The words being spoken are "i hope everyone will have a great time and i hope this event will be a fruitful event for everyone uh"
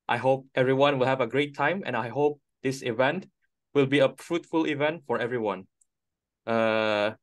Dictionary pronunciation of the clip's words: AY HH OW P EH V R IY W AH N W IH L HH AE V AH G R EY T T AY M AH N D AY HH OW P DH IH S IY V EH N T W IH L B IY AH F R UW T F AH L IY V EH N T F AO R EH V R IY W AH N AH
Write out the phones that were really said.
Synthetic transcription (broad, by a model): AY HH OW P EH V R IY W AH N W IH L HH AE V AH G R EY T T AY M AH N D AY HH OW P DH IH S IY V EH N T W IH L B IY AH F R UW T F AH L IY V EH N T F AO R EH V R IY W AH N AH